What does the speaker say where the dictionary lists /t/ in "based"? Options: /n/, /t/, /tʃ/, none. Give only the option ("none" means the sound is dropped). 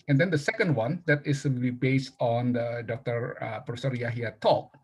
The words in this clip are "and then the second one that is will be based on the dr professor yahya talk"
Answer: /t/